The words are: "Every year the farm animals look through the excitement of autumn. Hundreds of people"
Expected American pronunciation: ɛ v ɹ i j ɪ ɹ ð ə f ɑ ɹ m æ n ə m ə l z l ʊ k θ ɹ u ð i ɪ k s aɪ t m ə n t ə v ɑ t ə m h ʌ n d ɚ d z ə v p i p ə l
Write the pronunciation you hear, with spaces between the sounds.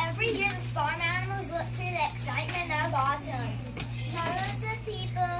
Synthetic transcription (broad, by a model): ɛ v ɹ i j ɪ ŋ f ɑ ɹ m æ n ə m ə l z w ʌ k t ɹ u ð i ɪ k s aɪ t m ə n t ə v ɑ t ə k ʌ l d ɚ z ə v p i p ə l